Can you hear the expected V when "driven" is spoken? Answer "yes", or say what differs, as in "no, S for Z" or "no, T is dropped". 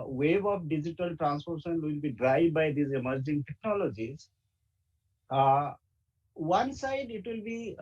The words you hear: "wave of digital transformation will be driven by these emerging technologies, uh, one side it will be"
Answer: no, V is dropped